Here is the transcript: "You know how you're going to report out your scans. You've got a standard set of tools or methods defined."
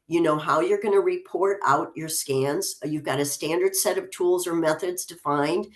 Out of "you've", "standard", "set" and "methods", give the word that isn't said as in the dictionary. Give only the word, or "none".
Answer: none